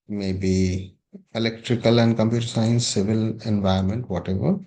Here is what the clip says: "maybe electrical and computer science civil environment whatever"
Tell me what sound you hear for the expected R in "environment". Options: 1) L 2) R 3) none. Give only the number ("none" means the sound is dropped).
3